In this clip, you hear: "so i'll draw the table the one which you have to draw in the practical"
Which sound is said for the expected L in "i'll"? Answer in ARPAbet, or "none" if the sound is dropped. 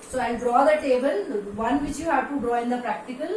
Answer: N